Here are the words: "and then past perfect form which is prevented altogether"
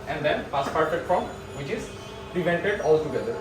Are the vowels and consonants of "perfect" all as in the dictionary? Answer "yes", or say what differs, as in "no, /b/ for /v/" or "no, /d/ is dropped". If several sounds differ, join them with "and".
no, /k/ is dropped